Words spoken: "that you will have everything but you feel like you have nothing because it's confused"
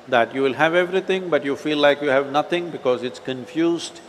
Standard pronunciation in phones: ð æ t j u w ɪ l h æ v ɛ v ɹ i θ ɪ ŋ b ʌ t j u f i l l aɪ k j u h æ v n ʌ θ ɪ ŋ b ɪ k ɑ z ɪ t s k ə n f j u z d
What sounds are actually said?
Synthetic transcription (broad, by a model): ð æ t j u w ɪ l h æ v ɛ v ɹ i t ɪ ŋ b ʌ t j u f i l l aɪ k j u h æ v n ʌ t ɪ ŋ b ɪ k ɑ z ɪ t s k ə n f j u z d